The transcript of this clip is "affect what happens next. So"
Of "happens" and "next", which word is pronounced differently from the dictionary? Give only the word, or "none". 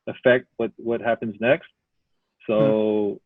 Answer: none